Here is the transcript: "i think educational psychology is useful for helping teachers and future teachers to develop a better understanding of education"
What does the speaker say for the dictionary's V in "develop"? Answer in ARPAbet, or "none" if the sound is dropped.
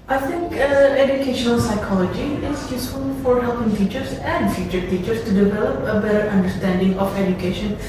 V